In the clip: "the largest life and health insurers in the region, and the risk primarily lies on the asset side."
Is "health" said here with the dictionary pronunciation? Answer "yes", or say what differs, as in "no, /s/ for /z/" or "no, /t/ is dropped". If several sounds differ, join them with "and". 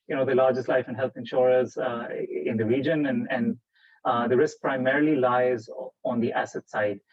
no, /t/ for /θ/